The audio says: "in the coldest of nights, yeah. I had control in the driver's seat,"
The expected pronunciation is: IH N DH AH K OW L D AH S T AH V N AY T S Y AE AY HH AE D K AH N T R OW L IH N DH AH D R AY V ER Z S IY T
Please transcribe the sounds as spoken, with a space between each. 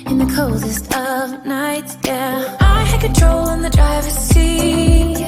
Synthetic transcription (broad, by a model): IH N DH AH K OW L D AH S T AH V N AY T S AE AY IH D K AH N T R OW L IH N DH AH D R AY V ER S IY